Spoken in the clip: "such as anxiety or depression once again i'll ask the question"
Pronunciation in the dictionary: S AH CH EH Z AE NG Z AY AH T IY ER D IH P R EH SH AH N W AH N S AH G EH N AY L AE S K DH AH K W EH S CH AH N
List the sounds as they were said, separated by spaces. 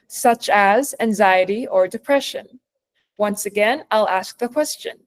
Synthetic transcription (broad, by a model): S AH CH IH Z AE NG Z AY AH T IY ER D IH P R EH SH AH N W AH N S AH G EH N AY L AE S K DH AH K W EH S CH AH N